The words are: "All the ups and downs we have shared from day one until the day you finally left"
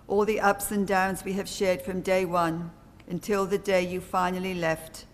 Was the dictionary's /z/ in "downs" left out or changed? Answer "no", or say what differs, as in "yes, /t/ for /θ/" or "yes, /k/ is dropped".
no